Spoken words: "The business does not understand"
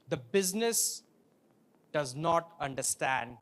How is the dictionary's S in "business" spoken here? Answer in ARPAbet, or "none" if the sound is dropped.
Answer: S